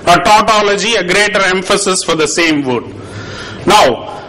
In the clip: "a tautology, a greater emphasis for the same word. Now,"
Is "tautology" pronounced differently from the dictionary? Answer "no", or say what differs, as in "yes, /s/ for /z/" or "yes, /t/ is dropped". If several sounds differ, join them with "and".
no